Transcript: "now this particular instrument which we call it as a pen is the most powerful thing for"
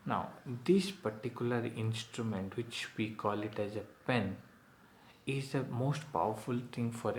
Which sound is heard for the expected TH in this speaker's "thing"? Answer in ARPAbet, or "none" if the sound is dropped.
T